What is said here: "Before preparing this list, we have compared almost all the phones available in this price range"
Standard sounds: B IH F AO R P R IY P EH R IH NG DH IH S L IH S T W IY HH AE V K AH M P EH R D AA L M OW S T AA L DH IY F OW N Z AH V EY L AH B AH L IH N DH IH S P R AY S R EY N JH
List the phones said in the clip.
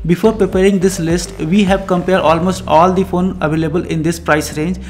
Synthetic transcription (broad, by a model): B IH F AO R P R IY P EH R IH NG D IH S L IH S T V IY HH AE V K AH M P EH R D AA L M OW S T AA L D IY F OW N AH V EY L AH B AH L IH N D IH S P R AY S R EY N JH